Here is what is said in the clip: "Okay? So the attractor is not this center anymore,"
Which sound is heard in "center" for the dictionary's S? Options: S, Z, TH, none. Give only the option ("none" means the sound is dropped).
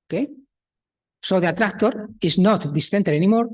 TH